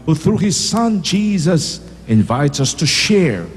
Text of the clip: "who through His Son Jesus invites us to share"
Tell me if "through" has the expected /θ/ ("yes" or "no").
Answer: yes